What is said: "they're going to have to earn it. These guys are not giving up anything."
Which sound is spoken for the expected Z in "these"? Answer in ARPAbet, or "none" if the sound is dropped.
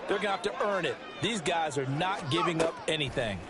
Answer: Z